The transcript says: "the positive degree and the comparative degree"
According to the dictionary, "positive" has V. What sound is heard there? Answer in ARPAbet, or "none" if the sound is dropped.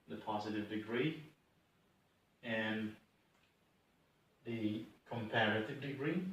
V